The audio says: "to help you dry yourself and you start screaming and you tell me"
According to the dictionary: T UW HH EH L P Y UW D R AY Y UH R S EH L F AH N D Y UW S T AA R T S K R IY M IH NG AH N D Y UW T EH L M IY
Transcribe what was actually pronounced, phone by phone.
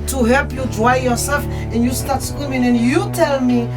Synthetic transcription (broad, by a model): T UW HH EH L P Y UW D R AY Y UH R S EH L F AH N D Y UW S T AA R T S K W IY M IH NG AH N D Y UW T EH L M IY